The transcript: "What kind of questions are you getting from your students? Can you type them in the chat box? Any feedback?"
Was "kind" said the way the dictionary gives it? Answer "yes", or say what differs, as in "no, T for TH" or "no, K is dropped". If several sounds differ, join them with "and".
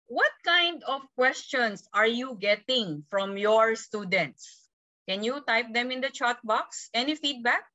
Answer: yes